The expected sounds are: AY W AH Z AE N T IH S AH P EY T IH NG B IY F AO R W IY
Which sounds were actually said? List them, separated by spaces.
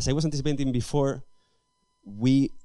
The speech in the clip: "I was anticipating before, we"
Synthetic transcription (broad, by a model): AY W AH S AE N T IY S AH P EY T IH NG B IY F AO R W IY